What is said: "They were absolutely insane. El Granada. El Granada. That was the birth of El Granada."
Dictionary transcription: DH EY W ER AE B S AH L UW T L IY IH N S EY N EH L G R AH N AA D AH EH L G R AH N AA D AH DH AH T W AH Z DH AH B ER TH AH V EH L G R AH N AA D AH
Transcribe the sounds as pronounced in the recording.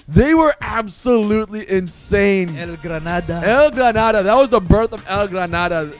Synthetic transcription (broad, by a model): DH EY W ER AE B S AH L UW T L IY IH N S EY N EH L G R AH N AA D AH EH L G R AH N AA D AH DH AH T W AH Z DH AH B ER TH AH V EH L G R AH N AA D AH